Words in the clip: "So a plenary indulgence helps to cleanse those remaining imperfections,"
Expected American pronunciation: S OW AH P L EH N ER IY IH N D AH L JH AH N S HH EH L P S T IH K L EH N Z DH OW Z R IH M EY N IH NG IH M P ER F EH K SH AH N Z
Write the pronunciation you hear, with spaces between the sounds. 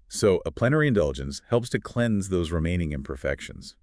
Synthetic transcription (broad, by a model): S OW AH P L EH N ER IY IH N D AH L JH AH N S HH EH L P S T IH K L EH N Z DH OW Z R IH M EY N IH NG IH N P ER F EH K SH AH N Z